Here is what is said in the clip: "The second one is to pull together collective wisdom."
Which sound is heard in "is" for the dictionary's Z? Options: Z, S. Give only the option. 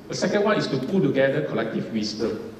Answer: S